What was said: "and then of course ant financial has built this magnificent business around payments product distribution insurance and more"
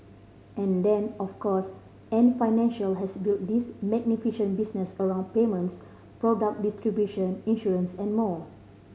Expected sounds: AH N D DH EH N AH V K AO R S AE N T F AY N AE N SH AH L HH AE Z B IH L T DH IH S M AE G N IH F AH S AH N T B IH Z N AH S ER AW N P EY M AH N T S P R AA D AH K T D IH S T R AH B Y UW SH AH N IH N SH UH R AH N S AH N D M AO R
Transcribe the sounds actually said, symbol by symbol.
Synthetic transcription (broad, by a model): AH N D EH N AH F K AO S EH N F AY N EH N SH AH L HH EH S B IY L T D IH S M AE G N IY F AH SH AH N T B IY S N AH S ER AW N P EY M AH N T S P R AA D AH K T D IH S T R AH B Y UW SH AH N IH N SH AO R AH N S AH N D M AO